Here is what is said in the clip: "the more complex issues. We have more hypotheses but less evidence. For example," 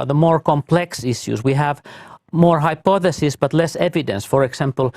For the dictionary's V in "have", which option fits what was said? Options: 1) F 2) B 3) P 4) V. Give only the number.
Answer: 4